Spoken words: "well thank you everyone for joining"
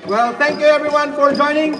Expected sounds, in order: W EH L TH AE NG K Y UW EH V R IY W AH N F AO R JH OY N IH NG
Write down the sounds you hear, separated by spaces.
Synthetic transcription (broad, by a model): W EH L T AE NG K Y UW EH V R IY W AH N F AO R JH OY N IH NG